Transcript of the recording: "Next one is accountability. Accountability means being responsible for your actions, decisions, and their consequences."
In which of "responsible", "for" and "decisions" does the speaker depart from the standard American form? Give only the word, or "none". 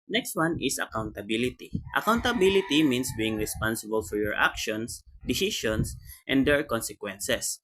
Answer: decisions